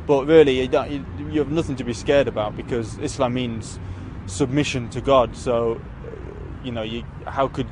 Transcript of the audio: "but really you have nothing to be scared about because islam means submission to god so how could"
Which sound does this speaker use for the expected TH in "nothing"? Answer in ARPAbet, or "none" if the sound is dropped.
TH